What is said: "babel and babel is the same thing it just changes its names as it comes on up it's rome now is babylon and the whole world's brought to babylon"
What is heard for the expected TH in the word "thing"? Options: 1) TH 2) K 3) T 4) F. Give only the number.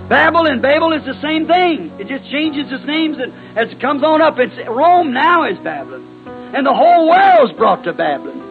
1